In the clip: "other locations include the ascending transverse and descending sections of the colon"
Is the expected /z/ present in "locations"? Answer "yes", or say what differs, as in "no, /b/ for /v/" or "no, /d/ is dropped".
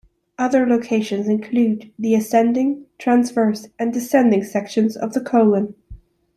yes